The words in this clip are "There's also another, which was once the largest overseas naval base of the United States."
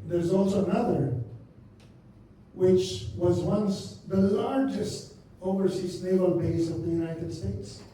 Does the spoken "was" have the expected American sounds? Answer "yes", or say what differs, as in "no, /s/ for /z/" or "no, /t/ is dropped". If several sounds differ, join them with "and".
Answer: yes